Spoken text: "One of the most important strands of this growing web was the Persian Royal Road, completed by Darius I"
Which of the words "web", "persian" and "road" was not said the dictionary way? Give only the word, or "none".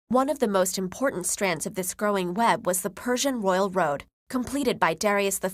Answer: none